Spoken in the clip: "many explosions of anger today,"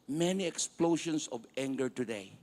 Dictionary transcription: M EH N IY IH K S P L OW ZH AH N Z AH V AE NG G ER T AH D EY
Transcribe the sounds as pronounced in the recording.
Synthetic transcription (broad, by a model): M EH N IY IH K S P L OW SH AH N S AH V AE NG G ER T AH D EY